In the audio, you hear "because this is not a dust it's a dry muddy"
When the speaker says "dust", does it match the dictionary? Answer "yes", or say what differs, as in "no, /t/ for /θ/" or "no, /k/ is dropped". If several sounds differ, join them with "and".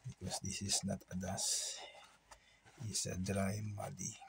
no, /t/ is dropped